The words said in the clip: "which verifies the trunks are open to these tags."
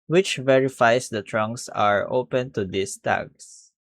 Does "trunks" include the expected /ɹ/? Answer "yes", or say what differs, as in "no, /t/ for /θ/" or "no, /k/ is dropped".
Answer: yes